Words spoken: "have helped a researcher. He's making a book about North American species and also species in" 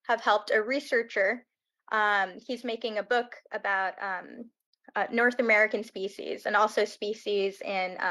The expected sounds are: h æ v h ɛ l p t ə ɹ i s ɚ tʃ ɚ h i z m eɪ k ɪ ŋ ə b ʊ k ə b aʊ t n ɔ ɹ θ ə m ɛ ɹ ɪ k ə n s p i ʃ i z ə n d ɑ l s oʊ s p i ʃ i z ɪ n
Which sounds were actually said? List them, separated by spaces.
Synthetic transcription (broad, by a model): h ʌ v h ɛ l p t ə ɹ i s ɚ tʃ ɚ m i z m eɪ k ɪ ŋ ə b ʊ k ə b aʊ t n ɔ ɹ θ ə m ɛ ɹ ɪ k ə n s p i ʃ i z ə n ɑ l s oʊ s p i ʃ i z ɪ n